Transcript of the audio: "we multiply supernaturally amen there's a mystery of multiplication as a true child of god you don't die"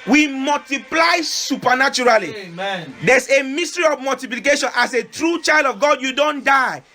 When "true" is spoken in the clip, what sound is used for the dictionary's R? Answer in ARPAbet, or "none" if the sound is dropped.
R